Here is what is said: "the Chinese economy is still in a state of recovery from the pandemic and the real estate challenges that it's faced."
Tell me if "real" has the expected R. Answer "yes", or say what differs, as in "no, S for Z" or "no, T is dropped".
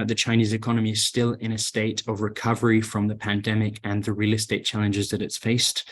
yes